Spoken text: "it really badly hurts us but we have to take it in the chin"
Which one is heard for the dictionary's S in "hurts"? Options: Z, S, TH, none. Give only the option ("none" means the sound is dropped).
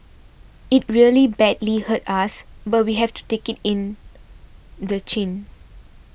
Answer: none